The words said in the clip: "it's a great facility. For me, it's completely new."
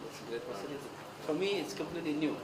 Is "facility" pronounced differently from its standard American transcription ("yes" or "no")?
yes